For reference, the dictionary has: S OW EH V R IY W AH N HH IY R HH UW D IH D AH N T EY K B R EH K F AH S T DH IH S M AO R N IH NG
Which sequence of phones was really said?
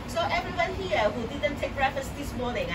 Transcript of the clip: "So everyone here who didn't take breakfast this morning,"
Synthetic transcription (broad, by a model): S OW EH V R IY W AH N HH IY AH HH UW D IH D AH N T EY K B R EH F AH S DH IH S M AO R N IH NG